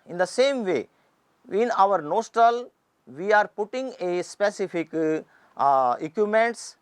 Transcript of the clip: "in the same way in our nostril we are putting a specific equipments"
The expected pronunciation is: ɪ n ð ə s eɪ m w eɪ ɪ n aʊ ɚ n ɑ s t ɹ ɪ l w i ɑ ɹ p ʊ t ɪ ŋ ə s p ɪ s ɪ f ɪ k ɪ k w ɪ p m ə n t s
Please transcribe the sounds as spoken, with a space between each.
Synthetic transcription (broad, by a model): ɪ n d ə s eɪ m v eɪ ɪ n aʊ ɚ n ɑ s t ɪ l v i ɑ ɹ p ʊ t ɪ ŋ ə s p ɪ s ɪ f ɪ k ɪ k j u m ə n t s